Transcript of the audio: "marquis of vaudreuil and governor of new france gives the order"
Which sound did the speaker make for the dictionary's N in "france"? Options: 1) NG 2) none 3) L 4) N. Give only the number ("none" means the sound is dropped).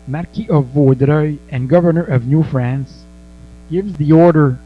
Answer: 4